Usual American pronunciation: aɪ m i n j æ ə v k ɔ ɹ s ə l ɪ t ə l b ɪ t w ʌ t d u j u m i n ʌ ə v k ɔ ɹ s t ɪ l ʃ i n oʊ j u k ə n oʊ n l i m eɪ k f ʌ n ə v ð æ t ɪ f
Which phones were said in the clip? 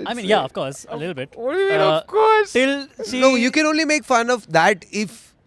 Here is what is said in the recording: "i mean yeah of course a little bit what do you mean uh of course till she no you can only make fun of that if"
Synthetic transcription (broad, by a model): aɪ m i n j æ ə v k ɔ ɹ s ə l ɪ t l b ɪ t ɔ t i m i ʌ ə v k ɔ ɹ s t ɪ l s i n oʊ j u k ə n oʊ n l i m eɪ k f ʌ n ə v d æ t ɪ f